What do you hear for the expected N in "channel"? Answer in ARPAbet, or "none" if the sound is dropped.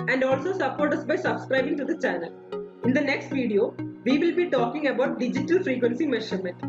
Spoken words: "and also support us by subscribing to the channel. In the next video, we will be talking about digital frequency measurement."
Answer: N